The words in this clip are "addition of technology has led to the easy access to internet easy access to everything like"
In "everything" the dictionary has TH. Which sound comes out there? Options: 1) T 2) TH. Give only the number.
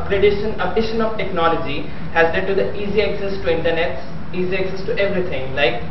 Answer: 1